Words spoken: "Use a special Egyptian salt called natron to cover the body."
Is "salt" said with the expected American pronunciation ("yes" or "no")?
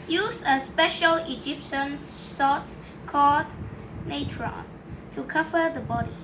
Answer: no